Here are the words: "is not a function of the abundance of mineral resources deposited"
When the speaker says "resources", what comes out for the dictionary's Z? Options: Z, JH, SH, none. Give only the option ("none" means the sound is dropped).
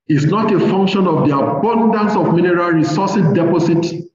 none